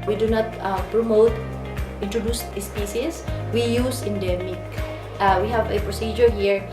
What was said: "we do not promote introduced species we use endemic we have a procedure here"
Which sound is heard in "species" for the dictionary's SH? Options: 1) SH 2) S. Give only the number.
2